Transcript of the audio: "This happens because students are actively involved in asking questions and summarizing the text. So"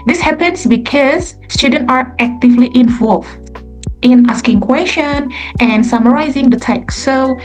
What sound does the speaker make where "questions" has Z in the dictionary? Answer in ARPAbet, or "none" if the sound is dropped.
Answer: none